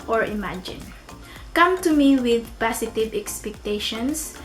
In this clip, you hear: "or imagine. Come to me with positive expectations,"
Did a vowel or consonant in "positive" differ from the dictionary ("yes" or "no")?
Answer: yes